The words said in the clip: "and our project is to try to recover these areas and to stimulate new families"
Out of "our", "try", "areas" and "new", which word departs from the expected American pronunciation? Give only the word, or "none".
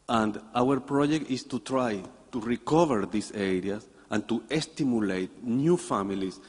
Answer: areas